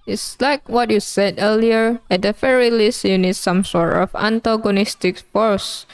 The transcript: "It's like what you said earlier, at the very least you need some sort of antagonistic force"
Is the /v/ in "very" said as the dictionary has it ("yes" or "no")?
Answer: no